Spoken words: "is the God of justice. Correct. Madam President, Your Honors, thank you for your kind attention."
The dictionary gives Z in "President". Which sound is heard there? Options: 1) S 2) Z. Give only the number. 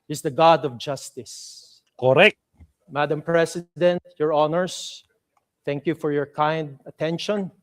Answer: 1